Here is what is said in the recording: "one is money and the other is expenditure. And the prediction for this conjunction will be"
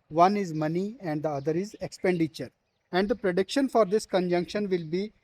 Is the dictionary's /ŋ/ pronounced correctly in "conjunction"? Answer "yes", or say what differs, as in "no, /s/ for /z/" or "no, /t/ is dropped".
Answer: yes